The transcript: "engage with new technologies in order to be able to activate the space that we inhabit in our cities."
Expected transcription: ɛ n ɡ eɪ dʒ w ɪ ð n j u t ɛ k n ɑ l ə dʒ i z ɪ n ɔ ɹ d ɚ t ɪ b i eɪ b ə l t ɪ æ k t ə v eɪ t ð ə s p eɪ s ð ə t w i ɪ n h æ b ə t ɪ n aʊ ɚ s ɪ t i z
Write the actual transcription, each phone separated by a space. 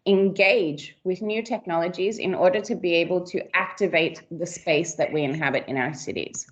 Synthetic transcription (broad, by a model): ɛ n ɡ eɪ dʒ w ɪ ð n j u t ɛ k n ɑ l ə dʒ i z ɪ n ɔ ɹ d ɚ t ɪ b i eɪ b ə l t ɪ æ k t ə v eɪ t ð ə s p eɪ s ð ə t w i ɪ n h æ b ə t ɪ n aʊ ɚ s ɪ t i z